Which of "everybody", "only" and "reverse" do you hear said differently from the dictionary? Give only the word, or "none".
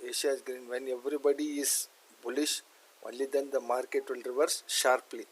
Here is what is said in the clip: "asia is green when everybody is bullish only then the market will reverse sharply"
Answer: only